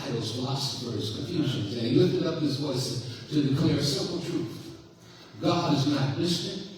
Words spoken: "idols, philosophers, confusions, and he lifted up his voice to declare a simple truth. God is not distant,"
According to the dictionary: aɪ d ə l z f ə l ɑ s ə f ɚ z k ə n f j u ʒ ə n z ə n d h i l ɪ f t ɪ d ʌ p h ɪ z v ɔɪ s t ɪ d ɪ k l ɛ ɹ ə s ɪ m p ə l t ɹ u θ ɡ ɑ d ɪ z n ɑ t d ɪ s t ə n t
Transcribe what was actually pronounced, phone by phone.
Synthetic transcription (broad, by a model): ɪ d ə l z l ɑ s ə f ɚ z k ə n f j u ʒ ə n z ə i l ɪ f t ɪ d ʌ p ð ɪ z v ɔɪ s t ɪ d ɪ k l ɛ ɹ s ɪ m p l t ɹ u θ ɡ ɑ d ɪ z n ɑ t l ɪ s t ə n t